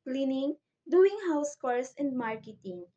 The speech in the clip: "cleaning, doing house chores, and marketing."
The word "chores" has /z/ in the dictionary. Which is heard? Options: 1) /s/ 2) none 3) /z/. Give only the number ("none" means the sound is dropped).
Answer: 1